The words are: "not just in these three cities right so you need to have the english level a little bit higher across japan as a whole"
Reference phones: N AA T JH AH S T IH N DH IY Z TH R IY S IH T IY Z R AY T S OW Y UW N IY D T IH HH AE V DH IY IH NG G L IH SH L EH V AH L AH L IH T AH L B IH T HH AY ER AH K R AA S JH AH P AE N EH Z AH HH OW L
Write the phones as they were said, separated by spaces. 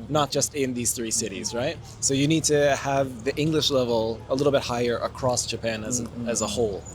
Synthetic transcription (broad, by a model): N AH T JH AH S T IH N DH IY Z TH R IY S IH T IY Z R AY T S OW Y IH N IY D T IH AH V DH IY IH NG G L IH SH L EH V L AH L IH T L B IH T HH AY ER AH K R AA S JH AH P AE N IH Z AH HH OW L